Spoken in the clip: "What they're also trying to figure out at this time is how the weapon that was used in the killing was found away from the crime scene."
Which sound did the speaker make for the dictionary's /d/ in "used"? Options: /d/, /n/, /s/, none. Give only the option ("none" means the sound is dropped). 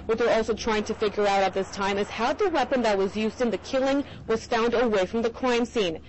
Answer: /d/